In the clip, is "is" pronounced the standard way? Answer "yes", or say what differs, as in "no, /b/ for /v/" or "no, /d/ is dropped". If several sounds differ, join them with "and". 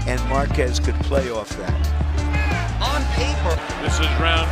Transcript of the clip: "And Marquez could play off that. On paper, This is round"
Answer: yes